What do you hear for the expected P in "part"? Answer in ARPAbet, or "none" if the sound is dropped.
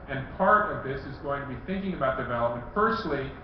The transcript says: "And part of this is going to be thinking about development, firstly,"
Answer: P